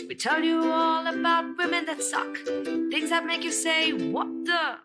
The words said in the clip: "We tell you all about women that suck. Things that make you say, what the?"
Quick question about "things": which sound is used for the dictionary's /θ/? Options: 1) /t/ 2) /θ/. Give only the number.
2